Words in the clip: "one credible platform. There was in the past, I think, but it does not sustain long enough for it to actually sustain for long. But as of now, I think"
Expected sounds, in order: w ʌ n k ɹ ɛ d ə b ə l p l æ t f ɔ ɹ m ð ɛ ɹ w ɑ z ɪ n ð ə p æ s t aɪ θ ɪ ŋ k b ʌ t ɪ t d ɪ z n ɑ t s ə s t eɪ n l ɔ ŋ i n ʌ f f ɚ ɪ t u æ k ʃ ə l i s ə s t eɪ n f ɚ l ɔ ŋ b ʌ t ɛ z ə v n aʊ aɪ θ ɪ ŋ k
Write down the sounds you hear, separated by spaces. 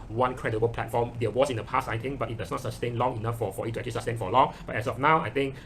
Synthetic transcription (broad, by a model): w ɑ n k ɹ ɛ d ə b ə l p l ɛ t f ɔ m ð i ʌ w ɑ s ɪ n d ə p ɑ s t aɪ t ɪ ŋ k b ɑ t ɪ t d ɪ s n ɑ t s ə s t eɪ n l ɔ ŋ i n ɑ f f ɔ ɪ t u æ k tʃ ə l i s ə s t eɪ n f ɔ l ɔ ŋ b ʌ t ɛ s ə f n aʊ aɪ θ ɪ ŋ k